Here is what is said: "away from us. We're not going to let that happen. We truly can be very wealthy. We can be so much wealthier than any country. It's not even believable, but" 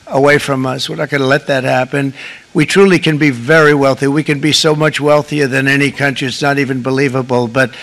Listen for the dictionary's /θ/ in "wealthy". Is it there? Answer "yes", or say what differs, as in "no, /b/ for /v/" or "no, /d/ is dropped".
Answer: yes